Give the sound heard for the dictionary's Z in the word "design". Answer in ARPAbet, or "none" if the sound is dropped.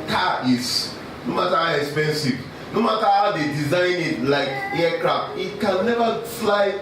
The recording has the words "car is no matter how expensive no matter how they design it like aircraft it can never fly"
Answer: Z